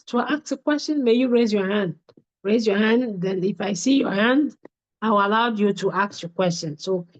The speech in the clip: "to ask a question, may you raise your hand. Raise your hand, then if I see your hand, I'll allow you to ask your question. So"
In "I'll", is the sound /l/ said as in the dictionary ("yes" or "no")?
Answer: no